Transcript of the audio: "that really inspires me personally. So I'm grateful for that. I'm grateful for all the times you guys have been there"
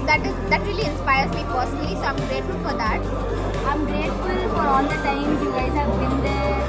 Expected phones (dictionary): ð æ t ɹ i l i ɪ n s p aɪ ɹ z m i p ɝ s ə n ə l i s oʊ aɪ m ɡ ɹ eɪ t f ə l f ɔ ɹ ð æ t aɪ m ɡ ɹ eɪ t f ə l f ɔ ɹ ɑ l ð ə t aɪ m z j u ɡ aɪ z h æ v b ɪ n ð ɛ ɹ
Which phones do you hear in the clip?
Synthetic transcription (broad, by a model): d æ t ɹ i l i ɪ n s p aɪ ɹ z m i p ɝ s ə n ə l i s oʊ aɪ m ɡ ɹ eɪ t f ə l f ɔ ɹ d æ t aɪ m ɡ ɹ eɪ t f ə l f ɔ ɹ ɑ l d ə t aɪ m j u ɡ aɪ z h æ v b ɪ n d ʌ